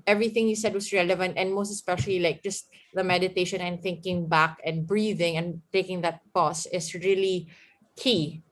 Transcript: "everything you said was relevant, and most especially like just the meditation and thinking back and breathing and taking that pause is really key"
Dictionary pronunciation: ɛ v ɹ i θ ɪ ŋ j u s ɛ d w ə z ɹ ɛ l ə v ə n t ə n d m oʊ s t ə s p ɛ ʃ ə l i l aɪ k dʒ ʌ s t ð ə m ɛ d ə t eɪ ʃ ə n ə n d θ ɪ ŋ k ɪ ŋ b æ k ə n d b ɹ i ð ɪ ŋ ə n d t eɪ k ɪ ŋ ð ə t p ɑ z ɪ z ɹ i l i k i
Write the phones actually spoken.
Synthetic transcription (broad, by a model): ɛ v ɹ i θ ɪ ŋ j u s ɛ d w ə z ɹ ɛ l ə v ə n t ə n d m oʊ s t ə s p ɛ ʃ ə l i l aɪ k dʒ ʌ s t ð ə m ɛ d ə t eɪ ʃ ə n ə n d θ ɪ ŋ k ɪ ŋ b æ k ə n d b ɹ i ð ɪ ŋ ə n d t eɪ k ɪ ŋ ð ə t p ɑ s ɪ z ɹ i l i k i